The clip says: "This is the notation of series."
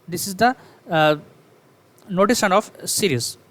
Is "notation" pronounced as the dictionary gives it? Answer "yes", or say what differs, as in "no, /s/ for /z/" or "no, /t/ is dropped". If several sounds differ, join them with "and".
no, /s/ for /ʃ/